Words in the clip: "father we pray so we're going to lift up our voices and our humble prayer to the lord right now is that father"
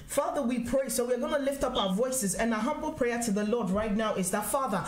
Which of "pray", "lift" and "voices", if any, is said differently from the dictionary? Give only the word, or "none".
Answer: none